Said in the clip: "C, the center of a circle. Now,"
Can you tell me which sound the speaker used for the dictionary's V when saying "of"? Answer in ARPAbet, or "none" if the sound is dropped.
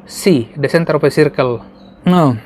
P